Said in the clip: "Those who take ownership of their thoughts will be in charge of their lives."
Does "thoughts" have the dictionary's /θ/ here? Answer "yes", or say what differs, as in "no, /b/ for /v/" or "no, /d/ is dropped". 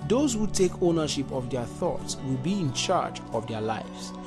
yes